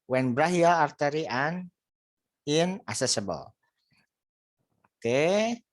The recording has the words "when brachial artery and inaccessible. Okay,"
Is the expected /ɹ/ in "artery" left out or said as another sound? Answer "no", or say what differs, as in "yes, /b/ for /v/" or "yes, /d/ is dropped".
no